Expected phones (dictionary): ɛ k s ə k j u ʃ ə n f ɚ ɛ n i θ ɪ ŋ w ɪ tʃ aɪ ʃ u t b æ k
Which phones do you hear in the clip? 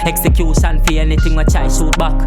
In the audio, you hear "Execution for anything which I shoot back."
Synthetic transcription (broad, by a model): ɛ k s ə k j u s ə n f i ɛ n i t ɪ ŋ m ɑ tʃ aɪ s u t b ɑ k